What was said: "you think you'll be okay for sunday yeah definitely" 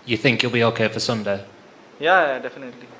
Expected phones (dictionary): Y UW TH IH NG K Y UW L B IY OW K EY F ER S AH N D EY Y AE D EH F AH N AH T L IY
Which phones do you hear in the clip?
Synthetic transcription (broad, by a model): Y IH TH IH NG K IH L B IY OW K EY F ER S AH N D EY Y AE D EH F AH N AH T L IY